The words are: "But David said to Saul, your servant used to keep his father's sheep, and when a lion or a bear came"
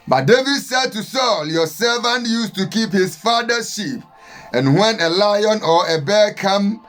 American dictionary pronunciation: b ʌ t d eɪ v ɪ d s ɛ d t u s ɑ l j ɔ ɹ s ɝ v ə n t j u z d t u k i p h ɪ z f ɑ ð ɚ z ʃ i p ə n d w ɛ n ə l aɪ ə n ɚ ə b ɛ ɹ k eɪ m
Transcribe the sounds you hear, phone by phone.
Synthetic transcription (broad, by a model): b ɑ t d eɪ v ɪ d s ɛ d t u s ɑ l j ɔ s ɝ v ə n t j u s t u k i p h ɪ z f ɑ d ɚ ʃ i p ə n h w ɛ n ə l aɪ ə n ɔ ə b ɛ k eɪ m